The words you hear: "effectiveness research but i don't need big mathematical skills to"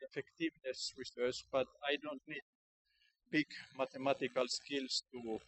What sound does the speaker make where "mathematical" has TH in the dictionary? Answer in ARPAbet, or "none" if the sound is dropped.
T